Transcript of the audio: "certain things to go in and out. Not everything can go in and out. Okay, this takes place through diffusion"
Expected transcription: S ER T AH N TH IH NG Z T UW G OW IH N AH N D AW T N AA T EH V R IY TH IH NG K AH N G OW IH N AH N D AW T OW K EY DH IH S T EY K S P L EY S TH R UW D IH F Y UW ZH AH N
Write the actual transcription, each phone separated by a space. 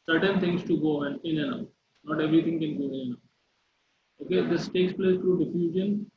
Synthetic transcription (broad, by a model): S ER T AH N T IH NG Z T UW G OW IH N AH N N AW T N AA T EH V R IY T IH NG K AH N G OW IH N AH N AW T OW K EY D IH S T EY K S P L EY S T R UW D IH F Y UW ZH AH N